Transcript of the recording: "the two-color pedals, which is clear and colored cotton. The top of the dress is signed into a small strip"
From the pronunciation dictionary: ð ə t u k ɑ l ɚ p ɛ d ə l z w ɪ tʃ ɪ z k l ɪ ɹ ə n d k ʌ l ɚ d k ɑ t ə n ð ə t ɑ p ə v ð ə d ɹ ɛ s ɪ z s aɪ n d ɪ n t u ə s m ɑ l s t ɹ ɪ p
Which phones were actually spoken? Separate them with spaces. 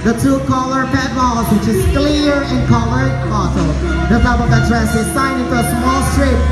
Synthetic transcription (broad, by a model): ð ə t u k ɑ l ɚ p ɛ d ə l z w ɪ tʃ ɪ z k l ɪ ɹ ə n k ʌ l ɚ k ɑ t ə l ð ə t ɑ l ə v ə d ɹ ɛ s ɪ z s aɪ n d ɪ n t u ə s m ɑ l s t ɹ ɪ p